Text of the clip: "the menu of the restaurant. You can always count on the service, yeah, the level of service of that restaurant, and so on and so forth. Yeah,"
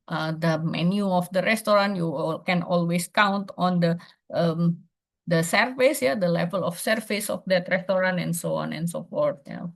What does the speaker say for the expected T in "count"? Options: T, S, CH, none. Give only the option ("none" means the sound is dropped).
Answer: T